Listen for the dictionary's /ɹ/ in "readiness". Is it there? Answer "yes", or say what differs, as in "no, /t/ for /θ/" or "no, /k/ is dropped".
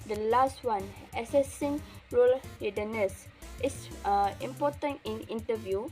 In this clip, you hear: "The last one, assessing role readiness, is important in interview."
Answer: no, /l/ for /ɹ/